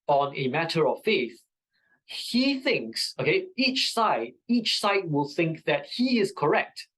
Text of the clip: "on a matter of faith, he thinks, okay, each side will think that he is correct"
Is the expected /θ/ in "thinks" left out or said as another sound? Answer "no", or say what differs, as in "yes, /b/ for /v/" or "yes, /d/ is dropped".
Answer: no